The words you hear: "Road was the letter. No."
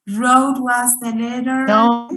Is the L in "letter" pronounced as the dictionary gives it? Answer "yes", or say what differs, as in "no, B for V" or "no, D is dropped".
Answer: no, N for L